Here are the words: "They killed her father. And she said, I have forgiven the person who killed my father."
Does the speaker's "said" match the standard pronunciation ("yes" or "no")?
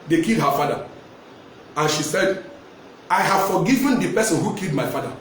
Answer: yes